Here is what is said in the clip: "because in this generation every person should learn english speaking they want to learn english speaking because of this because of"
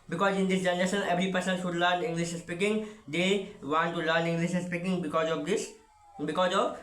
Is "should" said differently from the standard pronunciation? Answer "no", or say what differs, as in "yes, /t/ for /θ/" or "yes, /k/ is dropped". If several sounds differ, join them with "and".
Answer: yes, /s/ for /ʃ/